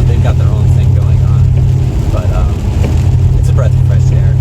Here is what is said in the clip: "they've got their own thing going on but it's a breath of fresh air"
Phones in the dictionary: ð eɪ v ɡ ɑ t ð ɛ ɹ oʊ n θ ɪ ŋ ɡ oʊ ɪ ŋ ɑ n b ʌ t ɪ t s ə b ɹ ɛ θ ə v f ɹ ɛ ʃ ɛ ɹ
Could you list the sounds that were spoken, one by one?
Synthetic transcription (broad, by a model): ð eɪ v ɡ ɑ t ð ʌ ɹ oʊ n θ ɪ ŋ ɡ oʊ ɪ ŋ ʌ n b ʌ t ɪ t s ə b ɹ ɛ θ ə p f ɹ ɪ s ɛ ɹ